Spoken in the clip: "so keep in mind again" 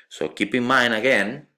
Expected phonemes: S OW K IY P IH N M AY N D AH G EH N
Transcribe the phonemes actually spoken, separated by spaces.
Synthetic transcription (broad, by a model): S OW K IY P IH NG M AY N AH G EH N